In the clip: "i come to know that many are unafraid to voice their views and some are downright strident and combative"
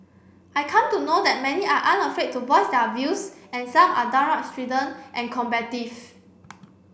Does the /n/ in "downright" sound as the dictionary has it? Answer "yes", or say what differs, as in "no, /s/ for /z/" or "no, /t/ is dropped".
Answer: no, /n/ is dropped